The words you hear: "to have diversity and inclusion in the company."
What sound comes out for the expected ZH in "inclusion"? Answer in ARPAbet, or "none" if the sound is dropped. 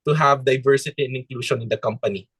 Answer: SH